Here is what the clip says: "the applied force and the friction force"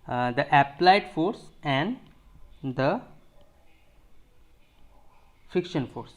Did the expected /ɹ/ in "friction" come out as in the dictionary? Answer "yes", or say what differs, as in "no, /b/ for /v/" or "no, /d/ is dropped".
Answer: no, /ɹ/ is dropped